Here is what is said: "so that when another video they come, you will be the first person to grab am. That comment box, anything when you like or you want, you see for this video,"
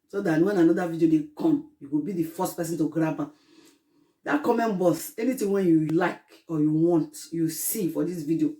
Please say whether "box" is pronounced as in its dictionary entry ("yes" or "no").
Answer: no